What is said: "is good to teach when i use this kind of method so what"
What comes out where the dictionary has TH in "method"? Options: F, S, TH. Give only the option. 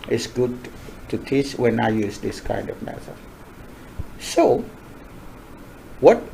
S